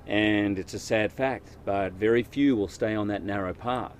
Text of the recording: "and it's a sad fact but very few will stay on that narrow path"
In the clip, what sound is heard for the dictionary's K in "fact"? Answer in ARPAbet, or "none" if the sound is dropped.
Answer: K